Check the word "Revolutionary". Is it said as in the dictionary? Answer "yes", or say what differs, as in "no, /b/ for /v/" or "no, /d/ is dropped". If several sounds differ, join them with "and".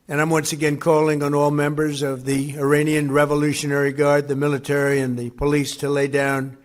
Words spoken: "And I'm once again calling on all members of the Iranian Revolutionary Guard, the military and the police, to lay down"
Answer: yes